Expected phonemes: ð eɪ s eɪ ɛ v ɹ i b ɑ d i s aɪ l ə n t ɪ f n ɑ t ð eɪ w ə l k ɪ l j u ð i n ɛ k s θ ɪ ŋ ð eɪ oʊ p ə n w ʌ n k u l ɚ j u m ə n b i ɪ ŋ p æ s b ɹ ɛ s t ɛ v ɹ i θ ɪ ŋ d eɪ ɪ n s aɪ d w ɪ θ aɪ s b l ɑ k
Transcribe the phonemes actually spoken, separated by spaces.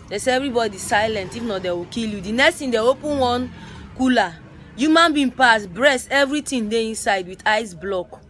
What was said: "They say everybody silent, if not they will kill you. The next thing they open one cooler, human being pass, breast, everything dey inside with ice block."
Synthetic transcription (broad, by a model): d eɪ s eɪ ɛ v ɹ i b ɑ d i s aɪ l ə n t ɪ f n ɑ t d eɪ w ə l k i l j u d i n ɛ k s t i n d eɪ oʊ p ə n w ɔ n k u l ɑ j u m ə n b i p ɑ s b ɹ ɛ s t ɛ v ɹ i t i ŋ d eɪ ɪ n s aɪ d w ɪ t aɪ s b l ɑ k